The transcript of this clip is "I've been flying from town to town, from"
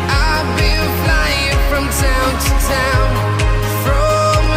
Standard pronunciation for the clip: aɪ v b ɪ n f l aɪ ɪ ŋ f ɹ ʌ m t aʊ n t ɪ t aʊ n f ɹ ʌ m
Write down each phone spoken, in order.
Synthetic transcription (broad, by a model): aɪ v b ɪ l f l aɪ ɪ ŋ f ɹ ʌ m t aʊ n t ɪ t aʊ n f ɹ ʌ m